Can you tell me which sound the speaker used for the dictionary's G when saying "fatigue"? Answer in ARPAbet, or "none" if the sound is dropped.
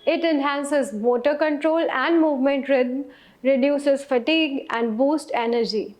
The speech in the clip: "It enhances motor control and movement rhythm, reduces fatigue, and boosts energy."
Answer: G